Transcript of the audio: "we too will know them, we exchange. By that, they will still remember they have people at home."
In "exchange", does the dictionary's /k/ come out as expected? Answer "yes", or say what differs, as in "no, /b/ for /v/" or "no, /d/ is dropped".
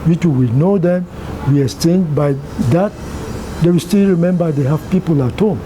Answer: no, /k/ is dropped